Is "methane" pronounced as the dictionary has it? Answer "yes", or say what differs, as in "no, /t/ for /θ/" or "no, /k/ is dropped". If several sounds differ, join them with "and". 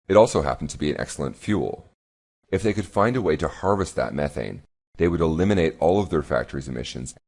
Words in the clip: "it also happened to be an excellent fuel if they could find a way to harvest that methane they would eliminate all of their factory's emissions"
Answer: yes